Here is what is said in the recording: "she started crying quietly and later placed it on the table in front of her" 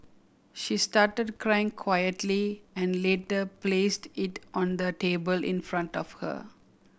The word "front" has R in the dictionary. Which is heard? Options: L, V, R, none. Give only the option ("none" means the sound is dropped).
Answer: R